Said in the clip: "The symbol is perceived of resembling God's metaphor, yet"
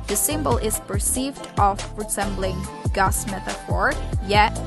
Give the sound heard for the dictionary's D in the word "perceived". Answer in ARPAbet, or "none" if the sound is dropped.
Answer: D